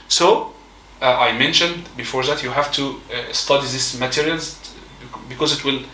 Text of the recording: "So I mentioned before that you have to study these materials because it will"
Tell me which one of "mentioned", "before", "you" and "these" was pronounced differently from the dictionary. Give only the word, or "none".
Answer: these